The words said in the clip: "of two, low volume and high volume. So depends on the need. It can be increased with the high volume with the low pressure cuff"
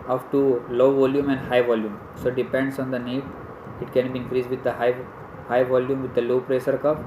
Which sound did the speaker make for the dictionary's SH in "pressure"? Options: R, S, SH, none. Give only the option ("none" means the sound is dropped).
S